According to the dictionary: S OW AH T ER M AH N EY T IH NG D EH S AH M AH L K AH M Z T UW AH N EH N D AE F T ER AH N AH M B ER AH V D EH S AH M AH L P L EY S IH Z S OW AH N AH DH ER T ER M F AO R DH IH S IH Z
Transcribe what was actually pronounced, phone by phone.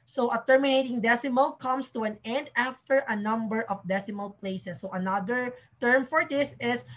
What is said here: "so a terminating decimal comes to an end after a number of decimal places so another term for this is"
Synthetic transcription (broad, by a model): S OW AH T ER M AH N EY T IH NG D EH S AH M AH L K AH M S T UW AH N EH N D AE F T ER AH N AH M B ER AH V D EH S AH M AH L P L EY S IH S OW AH N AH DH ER T ER M F AO R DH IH S IH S